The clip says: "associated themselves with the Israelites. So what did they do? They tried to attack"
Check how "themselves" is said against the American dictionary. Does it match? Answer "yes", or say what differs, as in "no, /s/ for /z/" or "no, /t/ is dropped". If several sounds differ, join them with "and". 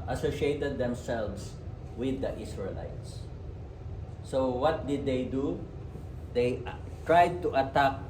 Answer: no, /s/ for /z/